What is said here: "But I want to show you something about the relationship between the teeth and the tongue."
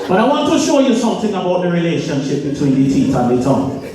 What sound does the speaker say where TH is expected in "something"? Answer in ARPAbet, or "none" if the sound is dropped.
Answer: TH